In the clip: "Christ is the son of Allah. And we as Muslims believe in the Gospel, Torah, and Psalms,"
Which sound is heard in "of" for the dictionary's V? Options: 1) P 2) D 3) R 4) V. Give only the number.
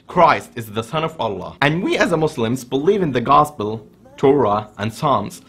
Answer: 4